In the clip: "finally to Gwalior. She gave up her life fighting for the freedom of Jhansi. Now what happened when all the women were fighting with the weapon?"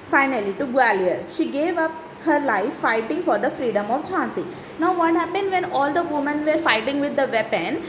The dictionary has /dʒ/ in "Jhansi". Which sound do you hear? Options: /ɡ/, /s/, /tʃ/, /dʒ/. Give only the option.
/tʃ/